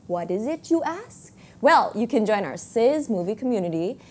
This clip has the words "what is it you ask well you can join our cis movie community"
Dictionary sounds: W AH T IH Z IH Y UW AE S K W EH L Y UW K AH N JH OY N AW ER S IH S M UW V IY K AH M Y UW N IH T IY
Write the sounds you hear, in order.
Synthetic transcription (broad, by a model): W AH T IH Z IH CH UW AE S K W EH L Y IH K AH N JH OY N AW ER S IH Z M UW V IY K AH M Y UW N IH T IY